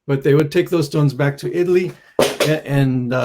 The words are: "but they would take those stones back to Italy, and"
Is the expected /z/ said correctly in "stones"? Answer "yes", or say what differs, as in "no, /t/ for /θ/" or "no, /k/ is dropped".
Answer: yes